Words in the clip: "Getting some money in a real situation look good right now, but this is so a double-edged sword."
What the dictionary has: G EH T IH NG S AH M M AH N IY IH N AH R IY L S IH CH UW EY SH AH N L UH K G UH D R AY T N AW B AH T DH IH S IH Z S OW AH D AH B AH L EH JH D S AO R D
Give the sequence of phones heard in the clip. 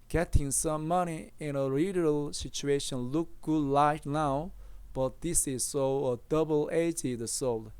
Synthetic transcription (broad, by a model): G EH T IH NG S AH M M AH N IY IH N AH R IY L S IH CH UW EY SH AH N L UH K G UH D L AY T N AW B AH T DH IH S IH Z S OW AH D AH B AH L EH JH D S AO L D